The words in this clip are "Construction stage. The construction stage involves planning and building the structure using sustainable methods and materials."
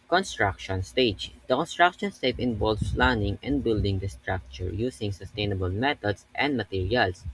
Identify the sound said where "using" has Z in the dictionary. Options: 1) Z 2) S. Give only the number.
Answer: 2